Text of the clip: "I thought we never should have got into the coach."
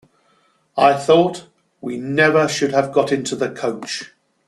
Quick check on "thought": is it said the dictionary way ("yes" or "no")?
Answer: yes